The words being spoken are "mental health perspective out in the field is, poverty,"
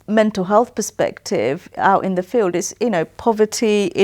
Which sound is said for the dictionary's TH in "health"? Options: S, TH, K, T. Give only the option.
TH